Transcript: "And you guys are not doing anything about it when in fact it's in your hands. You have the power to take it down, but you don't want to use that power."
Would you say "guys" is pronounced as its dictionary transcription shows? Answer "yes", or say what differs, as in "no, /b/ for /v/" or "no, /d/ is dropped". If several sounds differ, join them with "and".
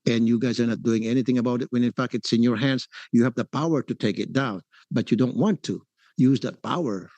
yes